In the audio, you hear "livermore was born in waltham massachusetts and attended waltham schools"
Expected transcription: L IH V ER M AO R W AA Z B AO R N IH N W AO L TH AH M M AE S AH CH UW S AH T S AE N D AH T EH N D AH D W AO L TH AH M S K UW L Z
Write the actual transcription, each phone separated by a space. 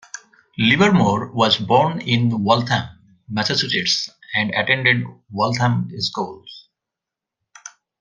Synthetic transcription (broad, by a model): L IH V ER M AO R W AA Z B AO R N IH N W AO L T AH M M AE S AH S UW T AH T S AE N D AH T EH N D AH D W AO L T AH M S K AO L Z